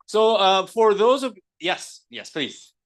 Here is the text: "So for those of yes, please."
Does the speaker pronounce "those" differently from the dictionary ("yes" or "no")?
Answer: no